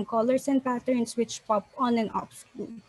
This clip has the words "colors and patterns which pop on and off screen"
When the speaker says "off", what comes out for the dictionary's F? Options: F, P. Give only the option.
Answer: P